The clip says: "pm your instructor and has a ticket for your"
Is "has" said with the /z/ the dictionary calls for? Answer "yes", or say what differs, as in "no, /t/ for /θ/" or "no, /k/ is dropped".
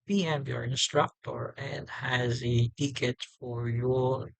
yes